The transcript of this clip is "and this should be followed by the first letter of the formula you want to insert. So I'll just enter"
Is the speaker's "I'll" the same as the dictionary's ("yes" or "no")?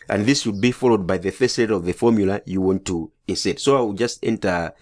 no